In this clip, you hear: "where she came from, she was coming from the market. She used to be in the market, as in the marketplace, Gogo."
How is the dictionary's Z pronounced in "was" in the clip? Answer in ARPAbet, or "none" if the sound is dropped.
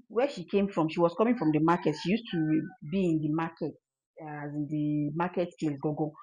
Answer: S